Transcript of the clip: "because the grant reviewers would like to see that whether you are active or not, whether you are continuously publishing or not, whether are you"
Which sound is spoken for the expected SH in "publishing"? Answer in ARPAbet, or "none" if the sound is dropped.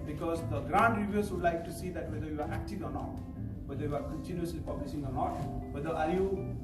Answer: S